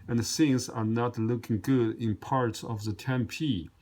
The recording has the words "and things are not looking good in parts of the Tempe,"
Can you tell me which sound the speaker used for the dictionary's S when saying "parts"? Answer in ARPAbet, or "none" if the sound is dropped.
S